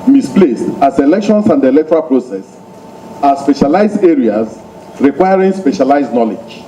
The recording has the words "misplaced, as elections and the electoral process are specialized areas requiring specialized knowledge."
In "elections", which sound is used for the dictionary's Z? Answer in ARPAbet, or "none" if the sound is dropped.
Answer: S